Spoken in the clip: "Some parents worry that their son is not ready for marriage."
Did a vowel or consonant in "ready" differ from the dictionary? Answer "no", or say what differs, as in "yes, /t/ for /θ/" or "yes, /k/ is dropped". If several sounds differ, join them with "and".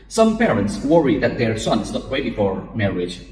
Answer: yes, /w/ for /ɹ/